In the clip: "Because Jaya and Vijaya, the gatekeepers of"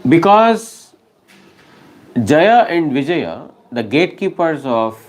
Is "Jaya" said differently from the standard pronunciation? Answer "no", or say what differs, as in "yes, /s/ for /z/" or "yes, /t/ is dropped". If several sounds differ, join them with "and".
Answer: no